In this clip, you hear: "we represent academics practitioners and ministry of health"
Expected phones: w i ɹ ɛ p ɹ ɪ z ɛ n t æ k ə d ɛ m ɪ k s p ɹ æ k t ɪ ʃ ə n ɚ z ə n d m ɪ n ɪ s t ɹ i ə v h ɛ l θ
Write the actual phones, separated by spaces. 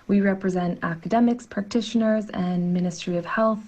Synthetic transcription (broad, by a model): w i ɹ ɛ p ɹ ɪ z ɛ n t æ k ə d ɛ m ɪ k s p ɹ æ k t ɪ ʃ ə n ɚ z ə n m ɪ n ɪ s t ɹ i ə v h ɛ l θ